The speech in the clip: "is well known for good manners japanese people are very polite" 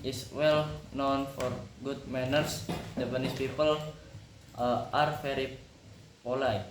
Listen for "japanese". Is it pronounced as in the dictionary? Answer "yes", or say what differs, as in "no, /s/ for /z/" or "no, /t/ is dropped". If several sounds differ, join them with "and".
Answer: no, /b/ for /p/ and /s/ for /z/